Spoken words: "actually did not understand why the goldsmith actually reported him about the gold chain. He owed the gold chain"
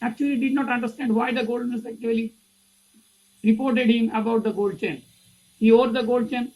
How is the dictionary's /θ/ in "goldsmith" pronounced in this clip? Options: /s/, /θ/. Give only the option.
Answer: /s/